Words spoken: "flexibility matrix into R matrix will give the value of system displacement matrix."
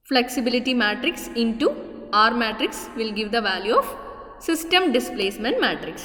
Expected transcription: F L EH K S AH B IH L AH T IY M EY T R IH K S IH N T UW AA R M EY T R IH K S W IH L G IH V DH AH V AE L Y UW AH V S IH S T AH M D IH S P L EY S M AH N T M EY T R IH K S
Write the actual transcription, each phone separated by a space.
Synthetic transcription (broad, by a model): F L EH K S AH B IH L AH T IY M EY T R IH K S IH N T UW AA R M EY T R IH K S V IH L G IH V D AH V AE L Y UW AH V S IH S T AH M D IH S P L EY S M AH N T M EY T R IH K S